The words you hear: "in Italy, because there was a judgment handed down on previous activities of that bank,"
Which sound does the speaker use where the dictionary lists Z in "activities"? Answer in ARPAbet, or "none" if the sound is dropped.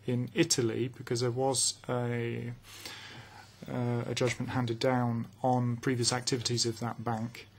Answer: Z